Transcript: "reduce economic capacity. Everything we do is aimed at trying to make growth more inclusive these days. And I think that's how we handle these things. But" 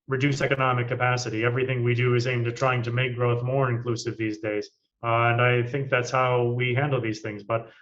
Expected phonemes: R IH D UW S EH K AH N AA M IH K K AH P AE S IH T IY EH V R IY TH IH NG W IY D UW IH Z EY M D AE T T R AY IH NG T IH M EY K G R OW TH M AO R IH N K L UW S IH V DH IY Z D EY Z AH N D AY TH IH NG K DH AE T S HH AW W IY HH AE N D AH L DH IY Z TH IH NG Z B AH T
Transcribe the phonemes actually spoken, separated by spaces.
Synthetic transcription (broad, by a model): R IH D UW S EH K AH N AA M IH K K AH P AE S IH T IY EH V R IY TH IH NG W IY D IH IH Z EY M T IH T T R AY IH NG T IH M EY K G R OW TH M AO R IH N K L UW S IH V DH IY Z D EY Z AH N AY TH IH NG K DH AE T S HH AW W IY HH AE N D L DH IY Z TH IH NG Z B AH T